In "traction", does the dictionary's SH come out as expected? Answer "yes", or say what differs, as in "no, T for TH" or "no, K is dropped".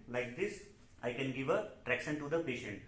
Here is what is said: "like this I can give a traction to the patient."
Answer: no, S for SH